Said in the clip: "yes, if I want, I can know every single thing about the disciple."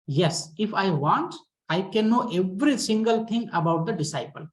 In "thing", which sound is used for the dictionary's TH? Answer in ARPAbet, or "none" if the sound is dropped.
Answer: T